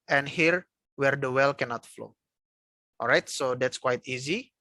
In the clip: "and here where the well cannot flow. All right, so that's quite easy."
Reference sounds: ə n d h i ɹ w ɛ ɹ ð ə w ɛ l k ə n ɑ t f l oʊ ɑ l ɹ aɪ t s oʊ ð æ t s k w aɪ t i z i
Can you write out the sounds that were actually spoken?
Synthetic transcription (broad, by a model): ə n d h i ɹ w ɛ ɹ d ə w ɛ l k ə n ɑ t f l oʊ ɑ l ɹ aɪ t s oʊ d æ t s k w aɪ t i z i